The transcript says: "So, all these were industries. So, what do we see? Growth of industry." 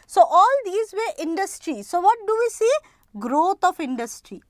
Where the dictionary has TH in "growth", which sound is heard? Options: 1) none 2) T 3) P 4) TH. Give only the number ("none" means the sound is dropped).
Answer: 2